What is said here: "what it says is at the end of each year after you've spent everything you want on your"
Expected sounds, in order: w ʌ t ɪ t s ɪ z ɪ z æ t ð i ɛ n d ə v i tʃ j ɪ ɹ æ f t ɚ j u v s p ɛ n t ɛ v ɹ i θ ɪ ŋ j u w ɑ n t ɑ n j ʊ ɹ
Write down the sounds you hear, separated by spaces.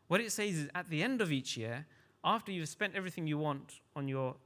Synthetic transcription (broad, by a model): w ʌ t ɪ t s ɪ z ɪ z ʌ t ð i ɛ n d ə v i tʃ j ɪ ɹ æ f t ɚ j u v s p ɛ n t ɛ v ɹ i θ ɪ ŋ j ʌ w ɑ n t n j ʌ ɹ